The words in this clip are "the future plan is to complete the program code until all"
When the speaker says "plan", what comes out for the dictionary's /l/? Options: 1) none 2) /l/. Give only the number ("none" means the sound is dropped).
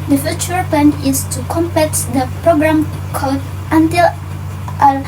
1